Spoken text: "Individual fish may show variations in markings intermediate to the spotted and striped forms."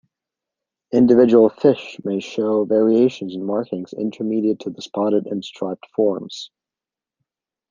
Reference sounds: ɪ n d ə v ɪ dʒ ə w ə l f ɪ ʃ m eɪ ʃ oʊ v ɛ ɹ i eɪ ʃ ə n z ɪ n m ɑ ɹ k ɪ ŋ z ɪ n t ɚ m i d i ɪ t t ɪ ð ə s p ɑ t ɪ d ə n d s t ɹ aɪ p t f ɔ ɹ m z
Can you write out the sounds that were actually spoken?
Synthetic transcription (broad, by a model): ɪ n d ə v ɪ dʒ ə w l f ɪ ʃ m eɪ ʃ oʊ v ɛ ɹ i eɪ ʃ ə n z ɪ n m ɑ ɹ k ɪ ŋ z ɪ n t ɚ m i d i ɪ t t ɪ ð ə s p ɑ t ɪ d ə n s t ɹ aɪ p t f ɔ ɹ m z